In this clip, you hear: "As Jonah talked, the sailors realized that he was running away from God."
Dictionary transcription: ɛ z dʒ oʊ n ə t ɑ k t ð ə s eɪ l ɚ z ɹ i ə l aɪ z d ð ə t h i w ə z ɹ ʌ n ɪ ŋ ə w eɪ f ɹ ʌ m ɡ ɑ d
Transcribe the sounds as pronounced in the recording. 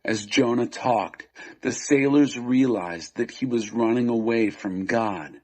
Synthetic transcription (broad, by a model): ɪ z dʒ oʊ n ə t ɑ k t ð ə s eɪ l ɚ z ɹ i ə l aɪ z ð ə t h i w ə z ɹ ʌ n ɪ ŋ ə w eɪ f ɹ ʌ m ɡ ɑ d